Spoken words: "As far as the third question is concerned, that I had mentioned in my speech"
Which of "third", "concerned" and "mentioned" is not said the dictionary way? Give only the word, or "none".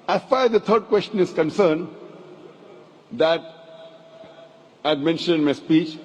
third